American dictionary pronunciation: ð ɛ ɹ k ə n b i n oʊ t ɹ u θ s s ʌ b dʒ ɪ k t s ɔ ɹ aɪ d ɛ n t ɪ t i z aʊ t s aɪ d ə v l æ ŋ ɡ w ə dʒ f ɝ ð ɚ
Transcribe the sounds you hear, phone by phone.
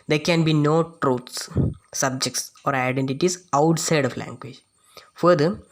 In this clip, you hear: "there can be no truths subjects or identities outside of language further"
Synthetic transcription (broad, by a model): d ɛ ɹ k ə n b i n oʊ t ɹ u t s s ʌ b dʒ ɪ k t s ɔ ɹ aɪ d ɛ n t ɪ t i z aʊ t s aɪ d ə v l æ ŋ ɡ w ə dʒ f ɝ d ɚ